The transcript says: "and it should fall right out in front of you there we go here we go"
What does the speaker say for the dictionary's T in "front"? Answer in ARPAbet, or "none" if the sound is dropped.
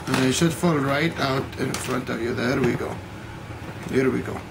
T